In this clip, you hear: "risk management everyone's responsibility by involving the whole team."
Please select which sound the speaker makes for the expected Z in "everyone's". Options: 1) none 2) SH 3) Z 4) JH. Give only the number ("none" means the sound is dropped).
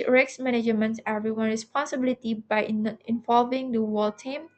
1